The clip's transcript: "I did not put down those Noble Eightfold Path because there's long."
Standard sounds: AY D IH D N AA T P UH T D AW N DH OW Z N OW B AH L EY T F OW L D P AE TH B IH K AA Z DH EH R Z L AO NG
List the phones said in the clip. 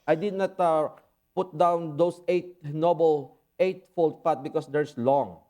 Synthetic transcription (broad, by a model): AY D IH D N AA T P UH T D AW N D OW S N OW B AH L EY T F OW L D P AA T B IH K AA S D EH R S L AO NG